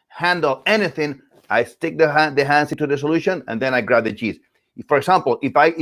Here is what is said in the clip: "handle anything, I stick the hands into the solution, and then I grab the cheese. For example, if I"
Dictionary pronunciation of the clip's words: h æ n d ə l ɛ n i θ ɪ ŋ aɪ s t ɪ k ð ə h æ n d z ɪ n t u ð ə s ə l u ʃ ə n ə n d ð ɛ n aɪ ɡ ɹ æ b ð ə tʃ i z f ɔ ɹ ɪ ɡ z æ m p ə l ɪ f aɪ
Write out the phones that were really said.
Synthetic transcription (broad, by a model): h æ n d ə l ɛ n i θ ɪ ŋ aɪ s t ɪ k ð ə h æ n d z ɪ n t u ð ə s ə l u ʃ ə n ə n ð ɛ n aɪ ɡ ɹ æ b ð ə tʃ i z f ɔ ɹ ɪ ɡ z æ m p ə l ɪ f aɪ